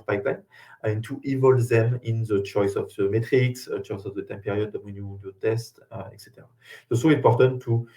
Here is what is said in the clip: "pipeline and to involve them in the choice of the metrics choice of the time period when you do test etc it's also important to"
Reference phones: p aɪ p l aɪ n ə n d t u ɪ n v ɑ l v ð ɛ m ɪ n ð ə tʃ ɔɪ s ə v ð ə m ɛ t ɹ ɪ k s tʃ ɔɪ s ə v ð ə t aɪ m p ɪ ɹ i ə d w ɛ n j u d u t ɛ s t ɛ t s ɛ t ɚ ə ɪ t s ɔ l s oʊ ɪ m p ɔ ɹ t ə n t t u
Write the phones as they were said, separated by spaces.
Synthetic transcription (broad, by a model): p aɪ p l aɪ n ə n t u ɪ v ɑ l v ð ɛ m ɪ n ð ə tʃ ɔɪ s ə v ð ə m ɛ t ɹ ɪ k s tʃ ɔɪ s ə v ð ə t aɪ m p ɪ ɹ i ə d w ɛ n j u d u t ɛ s t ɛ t s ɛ t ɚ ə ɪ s ɔ s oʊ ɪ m p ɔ ɹ t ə n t t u